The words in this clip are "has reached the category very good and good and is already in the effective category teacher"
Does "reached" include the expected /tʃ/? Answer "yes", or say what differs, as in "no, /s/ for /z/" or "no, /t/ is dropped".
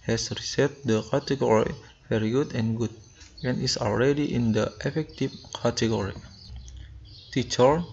no, /s/ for /tʃ/